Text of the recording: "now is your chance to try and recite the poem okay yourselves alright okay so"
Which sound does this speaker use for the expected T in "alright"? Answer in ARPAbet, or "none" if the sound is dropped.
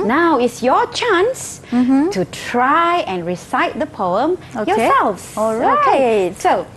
none